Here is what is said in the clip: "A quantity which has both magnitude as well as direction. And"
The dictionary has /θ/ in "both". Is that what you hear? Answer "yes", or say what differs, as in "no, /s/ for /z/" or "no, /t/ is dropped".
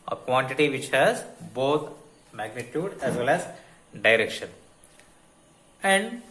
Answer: no, /t/ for /θ/